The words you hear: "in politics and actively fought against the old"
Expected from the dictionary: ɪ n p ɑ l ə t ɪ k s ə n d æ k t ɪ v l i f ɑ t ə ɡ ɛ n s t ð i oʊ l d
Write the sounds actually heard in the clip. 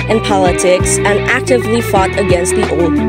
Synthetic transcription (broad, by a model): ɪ n p ɑ l ə t ɪ k s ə n æ k t ɪ v l i f ɑ t ə ɡ ɛ n s t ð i oʊ l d